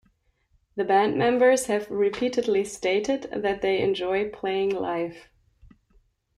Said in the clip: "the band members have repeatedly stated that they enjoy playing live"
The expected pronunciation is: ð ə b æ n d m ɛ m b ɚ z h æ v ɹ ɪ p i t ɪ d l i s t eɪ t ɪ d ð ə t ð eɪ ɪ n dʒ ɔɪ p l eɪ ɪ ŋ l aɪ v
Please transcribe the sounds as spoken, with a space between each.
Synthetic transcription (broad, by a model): ð ə b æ n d m ɛ m b ɚ z h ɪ v ɹ ɪ p i t ɪ d l i s t eɪ t ɪ d ð ə t ð eɪ ɪ n dʒ ɔɪ p l eɪ ɪ ŋ l aɪ f